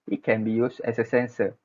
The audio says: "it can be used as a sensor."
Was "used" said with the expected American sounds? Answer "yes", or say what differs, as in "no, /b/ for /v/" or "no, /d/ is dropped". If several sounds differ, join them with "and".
no, /s/ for /z/